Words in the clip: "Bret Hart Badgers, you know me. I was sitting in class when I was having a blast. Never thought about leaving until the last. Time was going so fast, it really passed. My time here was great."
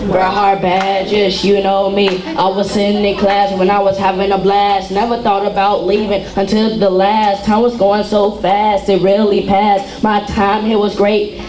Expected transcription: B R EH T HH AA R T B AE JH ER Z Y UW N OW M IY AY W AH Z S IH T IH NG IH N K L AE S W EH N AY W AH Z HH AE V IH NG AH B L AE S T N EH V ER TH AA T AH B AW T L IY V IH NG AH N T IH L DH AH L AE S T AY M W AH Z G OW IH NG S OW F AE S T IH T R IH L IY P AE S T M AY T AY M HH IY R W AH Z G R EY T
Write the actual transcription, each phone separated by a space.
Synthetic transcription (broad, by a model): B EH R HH AA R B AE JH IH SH Y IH N OW M IY AY W AH Z S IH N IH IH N K L AE S W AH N AY W AH Z HH AE V IH NG AH B L AE S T N EH V ER TH AA T AH B AW T L IY V IH NG AH N T IH L DH AH L AE S T AY M W AH Z G OW IH NG S OW F AE S T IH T R IH L IY P AE S T M AY T AY M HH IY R W AH Z G R EY T